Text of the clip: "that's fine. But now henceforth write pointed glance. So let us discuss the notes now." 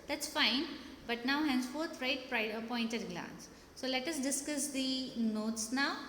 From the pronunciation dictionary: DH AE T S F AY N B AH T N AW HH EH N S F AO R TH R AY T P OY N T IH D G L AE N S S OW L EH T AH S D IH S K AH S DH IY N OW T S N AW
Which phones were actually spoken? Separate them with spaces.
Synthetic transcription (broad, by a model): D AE T S F AY N B AH T N AW HH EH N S F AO R T R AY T P OY N T IH D G L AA N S S OW L EH T AH S D IH S K AH S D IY N OW T S N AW